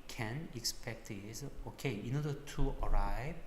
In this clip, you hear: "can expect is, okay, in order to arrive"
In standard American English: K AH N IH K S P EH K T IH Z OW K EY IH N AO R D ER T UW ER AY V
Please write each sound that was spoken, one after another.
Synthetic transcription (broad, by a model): K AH N IH K S P EH K T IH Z OW K EY IH N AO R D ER T UW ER AY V